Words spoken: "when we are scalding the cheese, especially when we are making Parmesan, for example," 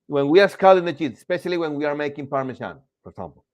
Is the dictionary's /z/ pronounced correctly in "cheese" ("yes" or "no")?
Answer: no